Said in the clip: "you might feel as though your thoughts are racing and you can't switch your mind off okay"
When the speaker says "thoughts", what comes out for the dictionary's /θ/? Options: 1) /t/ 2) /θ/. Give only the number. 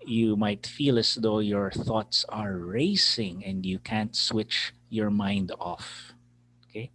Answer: 2